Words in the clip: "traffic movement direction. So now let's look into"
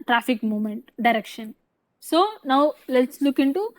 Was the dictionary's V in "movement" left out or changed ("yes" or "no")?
yes